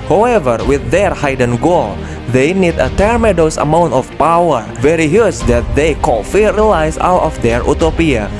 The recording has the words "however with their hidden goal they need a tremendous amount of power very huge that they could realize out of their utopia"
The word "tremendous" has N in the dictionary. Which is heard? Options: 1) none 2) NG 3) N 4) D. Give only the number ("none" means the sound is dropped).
1